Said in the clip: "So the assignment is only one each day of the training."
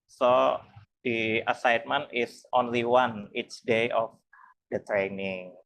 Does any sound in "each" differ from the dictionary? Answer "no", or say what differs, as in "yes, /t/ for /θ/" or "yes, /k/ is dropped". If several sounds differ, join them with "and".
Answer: yes, /s/ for /tʃ/